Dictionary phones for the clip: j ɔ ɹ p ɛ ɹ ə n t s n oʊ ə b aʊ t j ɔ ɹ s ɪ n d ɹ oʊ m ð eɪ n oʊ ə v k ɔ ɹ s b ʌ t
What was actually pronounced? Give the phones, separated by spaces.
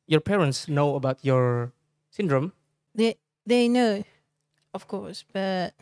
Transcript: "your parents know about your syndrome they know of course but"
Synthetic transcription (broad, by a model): j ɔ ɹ p ɛ ɹ ə n t s n oʊ ə b aʊ t j ɔ ɹ s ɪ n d ɹ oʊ m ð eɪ n oʊ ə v k ɔ ɹ s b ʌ t